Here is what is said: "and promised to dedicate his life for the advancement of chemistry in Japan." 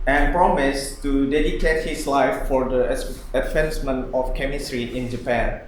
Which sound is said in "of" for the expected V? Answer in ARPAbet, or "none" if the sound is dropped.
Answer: F